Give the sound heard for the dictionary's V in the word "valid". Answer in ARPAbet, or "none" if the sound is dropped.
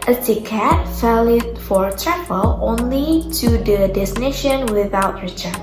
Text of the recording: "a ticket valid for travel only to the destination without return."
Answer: F